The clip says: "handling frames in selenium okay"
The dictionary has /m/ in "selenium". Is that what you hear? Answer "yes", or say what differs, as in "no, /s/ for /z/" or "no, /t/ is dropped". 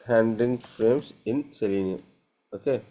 no, /m/ is dropped